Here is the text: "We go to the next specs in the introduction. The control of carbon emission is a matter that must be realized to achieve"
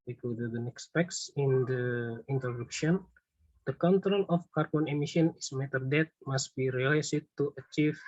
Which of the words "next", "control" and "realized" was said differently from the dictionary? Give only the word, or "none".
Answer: realized